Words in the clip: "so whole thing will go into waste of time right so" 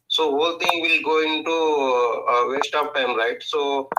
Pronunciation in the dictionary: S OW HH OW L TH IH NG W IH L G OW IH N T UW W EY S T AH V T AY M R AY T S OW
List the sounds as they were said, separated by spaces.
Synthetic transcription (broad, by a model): S OW HH OW L T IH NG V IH L G OW IH N T UW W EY S T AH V T AY M R AY T S OW